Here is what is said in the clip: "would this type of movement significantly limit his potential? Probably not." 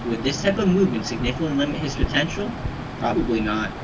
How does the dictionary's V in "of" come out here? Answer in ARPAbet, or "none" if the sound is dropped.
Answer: V